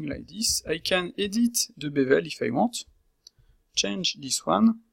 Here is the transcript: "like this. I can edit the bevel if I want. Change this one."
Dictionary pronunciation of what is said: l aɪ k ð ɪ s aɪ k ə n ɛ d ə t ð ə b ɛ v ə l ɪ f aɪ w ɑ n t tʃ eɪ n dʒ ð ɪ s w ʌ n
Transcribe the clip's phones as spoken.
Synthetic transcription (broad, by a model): l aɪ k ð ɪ s aɪ k ə n ɛ d ə t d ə b ɛ v ə l ɪ f aɪ w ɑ t tʃ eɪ n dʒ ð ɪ s w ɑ n